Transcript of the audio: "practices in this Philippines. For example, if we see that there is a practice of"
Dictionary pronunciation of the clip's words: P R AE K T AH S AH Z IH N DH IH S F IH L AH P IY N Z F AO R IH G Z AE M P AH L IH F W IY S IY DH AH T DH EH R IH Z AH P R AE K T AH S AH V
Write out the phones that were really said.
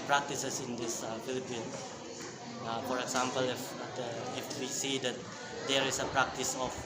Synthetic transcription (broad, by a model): P R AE K T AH S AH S IH N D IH S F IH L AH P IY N F AO R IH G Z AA M P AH L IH F W IY S IY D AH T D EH R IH S AH P R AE K T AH S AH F